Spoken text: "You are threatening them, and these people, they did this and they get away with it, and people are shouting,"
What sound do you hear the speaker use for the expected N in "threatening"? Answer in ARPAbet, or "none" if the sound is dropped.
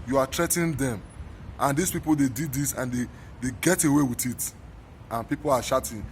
none